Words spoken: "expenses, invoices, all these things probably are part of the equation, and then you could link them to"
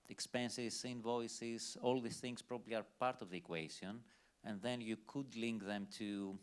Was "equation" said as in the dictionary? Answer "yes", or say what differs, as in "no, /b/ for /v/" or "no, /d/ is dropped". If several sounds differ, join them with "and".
no, /s/ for /ʒ/